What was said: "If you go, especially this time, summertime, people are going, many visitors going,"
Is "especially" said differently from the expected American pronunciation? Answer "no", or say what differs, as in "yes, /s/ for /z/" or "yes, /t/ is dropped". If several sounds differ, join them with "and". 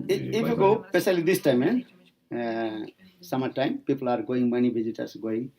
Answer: yes, /s/ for /ʃ/